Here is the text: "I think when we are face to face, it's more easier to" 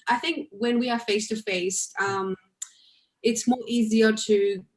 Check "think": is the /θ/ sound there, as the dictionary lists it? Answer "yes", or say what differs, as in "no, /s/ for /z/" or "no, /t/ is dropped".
yes